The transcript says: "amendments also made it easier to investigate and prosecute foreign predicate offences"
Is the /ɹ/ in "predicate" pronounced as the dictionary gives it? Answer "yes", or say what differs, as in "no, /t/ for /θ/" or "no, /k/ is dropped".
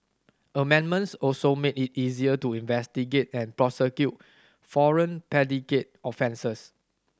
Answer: no, /ɹ/ is dropped